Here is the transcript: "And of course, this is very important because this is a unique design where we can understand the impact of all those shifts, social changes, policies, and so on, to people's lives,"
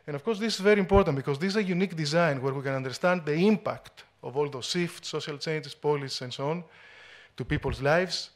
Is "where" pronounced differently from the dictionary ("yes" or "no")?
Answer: no